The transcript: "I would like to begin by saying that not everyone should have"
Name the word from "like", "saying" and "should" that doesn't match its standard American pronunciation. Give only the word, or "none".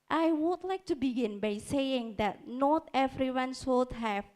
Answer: should